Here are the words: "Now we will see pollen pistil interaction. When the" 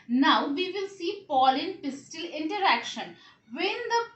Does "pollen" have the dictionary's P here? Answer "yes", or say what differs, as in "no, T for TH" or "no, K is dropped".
yes